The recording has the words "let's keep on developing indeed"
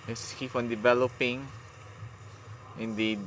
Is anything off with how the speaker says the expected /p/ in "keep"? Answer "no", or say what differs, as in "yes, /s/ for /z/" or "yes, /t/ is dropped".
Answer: yes, /f/ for /p/